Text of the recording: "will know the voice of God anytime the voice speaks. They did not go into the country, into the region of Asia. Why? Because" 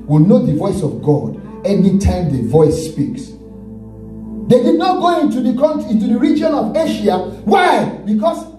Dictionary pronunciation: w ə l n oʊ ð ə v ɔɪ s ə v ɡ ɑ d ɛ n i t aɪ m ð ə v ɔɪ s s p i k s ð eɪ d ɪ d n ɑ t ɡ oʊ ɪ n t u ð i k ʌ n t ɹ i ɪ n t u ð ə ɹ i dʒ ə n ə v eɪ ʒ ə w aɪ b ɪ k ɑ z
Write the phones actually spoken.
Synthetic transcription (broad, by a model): w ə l n oʊ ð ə v ɔɪ s ə v ɡ ɑ d ɛ n i t aɪ m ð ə v ɔɪ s s p i k s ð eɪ d ɪ d n ɑ t ɡ oʊ ɪ n t u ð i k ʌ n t i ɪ n t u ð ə ɹ i dʒ ə n ə v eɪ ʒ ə w aɪ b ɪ k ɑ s